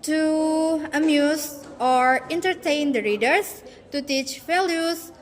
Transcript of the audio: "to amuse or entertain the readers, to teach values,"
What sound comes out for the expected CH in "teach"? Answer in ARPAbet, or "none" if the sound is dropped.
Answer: CH